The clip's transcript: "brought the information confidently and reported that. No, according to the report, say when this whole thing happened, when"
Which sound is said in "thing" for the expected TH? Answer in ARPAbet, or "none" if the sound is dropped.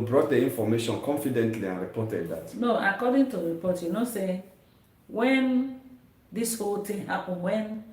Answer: T